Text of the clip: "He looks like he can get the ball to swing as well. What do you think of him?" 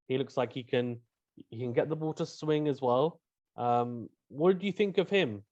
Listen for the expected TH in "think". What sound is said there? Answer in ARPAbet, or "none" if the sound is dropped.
TH